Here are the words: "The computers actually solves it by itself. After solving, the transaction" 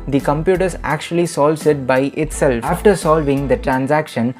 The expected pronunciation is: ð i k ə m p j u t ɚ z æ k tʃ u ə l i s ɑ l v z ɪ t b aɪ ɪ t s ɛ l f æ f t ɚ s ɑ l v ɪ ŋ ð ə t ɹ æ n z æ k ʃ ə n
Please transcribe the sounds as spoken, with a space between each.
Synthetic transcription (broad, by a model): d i k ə m p j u t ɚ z æ k tʃ u ə l i s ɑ l v s ɪ t b aɪ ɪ t s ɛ l æ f t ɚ s ɑ l v ɪ ŋ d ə t ɹ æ n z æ k ʃ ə n